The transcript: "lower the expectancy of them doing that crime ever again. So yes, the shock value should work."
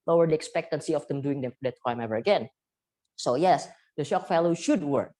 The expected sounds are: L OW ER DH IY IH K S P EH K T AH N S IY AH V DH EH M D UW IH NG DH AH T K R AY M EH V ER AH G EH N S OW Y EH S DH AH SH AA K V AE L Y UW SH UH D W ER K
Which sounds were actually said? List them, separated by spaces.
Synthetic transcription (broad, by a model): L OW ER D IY IH K S P EH K T AH N S IY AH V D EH M D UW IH NG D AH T K R AY M EH V ER AH G EH N S OW Y EH S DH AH SH AA K F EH L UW SH UH D W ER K